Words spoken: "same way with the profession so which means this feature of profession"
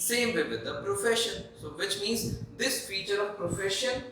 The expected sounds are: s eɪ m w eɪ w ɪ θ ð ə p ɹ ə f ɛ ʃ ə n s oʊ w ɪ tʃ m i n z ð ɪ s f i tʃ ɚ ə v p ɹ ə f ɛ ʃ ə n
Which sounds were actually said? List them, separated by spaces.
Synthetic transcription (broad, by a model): s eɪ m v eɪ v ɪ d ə p ɹ ə f ɛ ʃ ə n s oʊ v ɪ tʃ m i n z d ɪ s f i tʃ ɚ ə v p ɹ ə f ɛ ʃ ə n